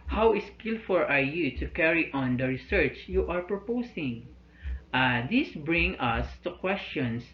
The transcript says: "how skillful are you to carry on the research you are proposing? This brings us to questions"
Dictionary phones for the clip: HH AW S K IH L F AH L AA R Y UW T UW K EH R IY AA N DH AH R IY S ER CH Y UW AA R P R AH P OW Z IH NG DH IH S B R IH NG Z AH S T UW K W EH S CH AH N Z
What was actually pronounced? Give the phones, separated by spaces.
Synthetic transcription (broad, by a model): HH AW S K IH L F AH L AA R Y UW T UW K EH R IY AA N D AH R IY S ER CH Y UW AA R P R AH P OW S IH NG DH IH S B R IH NG AH S T UW K W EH S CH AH N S